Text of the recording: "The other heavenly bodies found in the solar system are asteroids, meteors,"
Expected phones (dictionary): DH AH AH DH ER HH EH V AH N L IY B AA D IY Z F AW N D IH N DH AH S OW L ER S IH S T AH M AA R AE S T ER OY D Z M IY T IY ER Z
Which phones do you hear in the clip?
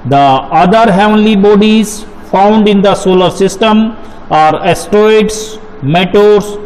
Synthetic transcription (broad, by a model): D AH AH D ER HH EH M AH L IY B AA D IY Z F AW N D IH N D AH S OW L ER S IH S T AH M AA R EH S T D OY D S M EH T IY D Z